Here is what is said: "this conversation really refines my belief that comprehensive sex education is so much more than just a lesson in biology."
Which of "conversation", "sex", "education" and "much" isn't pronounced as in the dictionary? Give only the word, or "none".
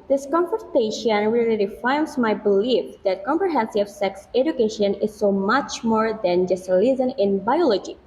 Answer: conversation